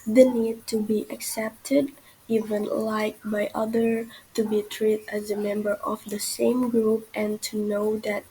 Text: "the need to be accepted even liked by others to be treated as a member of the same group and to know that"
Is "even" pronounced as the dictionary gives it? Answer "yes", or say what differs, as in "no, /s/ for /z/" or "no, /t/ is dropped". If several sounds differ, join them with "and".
yes